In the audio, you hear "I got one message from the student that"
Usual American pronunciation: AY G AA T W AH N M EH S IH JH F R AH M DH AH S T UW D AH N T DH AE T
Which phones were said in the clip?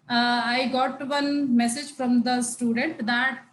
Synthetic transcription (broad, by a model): AY G AA T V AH N M EH S IH JH F R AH M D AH S T UW D AH N T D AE T